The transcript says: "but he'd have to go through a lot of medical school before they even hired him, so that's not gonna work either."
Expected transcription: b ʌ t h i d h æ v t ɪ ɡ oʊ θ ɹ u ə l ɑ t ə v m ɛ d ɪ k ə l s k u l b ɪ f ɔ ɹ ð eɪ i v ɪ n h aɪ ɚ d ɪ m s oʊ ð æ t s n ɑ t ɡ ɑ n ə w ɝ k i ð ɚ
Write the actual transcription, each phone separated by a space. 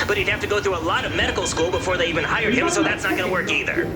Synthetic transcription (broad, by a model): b ʌ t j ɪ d h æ f t ɪ ɡ oʊ θ ɹ u ə l ɑ t ə v m ɛ d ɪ k l s k u l b ɪ f ɔ ɹ ð eɪ i v ɪ n h aɪ ɚ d ɪ m s oʊ ð æ t s n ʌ t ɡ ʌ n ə w ɝ k i ð ɚ